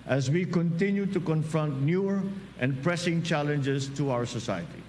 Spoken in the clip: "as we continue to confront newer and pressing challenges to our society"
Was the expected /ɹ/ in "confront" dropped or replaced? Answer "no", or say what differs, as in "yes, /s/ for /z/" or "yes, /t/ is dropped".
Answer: no